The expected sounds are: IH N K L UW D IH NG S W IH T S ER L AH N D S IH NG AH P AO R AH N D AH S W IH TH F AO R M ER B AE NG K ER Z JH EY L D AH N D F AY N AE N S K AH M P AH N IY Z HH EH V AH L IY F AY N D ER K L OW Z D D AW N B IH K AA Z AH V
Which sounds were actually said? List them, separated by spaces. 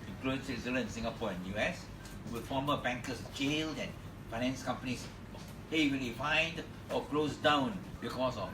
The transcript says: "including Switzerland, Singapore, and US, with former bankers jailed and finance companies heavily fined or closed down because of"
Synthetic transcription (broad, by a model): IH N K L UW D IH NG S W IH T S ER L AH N S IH NG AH P AO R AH N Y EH S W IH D F AO M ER B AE NG K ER S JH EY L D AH N F AY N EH N S K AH M P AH N IY S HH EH W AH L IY F AY N D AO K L OW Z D D AW N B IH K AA S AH